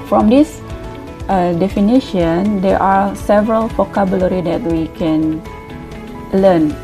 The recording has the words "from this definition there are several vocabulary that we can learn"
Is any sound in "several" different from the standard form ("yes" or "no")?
no